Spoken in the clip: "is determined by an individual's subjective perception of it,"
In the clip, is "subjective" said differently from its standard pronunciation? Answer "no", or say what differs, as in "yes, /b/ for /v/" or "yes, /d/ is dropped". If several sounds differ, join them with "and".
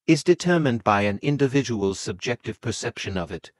no